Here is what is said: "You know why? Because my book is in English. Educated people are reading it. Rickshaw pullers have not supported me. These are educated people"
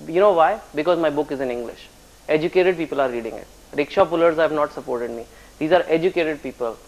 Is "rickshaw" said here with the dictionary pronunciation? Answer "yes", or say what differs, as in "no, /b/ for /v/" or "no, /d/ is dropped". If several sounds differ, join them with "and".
yes